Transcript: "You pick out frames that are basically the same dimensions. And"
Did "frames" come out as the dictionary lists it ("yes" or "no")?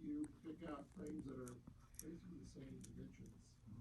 yes